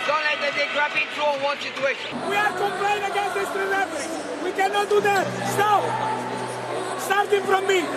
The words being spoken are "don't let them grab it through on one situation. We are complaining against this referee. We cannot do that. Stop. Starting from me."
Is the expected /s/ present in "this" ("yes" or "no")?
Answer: no